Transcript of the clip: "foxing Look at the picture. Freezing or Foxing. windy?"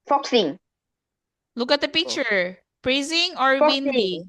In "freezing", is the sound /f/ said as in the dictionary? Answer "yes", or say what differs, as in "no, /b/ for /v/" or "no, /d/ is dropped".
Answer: no, /p/ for /f/